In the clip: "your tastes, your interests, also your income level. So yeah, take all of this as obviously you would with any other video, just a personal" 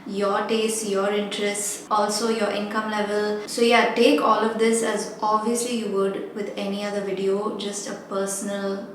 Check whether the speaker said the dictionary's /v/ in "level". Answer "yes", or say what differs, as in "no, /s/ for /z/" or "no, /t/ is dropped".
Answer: yes